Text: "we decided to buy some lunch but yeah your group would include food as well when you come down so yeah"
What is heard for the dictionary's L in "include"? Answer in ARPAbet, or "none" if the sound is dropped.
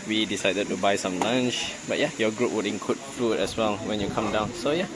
none